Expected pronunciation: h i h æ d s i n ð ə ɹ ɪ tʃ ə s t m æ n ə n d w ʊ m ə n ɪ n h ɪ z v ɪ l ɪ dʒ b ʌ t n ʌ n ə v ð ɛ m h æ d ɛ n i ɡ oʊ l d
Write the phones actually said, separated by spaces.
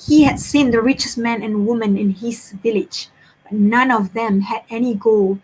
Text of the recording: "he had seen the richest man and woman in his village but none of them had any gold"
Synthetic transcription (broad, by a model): h i h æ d s i n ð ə ɹ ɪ tʃ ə s m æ n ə n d w ʊ m ə n ɪ n h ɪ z v ɪ l ɪ dʒ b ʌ t n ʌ n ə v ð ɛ m h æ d ɛ n i ɡ oʊ l